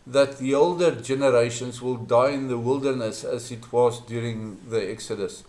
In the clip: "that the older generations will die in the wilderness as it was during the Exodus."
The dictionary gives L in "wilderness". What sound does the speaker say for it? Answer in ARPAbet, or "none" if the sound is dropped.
L